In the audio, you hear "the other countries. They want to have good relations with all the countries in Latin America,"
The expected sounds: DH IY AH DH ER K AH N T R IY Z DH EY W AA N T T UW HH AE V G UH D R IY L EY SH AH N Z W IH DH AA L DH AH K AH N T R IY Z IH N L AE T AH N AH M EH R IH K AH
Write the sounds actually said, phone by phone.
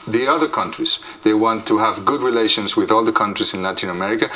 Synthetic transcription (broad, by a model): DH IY AH DH ER K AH N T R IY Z DH EY W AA N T T UW HH AE V G UH D R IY L EY SH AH N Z W IH DH AA L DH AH K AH N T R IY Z IH N L AE T AH N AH M EH R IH K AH